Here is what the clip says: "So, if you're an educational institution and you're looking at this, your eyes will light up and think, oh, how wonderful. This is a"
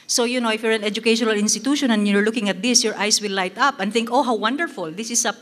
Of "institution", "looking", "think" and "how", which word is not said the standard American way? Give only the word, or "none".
none